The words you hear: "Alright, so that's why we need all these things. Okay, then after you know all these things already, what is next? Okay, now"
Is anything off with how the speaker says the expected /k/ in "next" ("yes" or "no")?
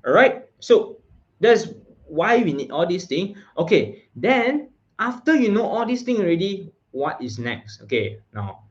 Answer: no